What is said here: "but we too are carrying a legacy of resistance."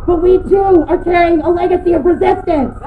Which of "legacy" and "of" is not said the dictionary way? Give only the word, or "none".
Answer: of